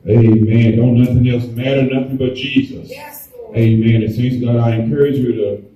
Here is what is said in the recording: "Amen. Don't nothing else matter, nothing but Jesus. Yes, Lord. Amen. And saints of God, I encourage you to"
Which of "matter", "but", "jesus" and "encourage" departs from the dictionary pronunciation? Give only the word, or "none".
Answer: none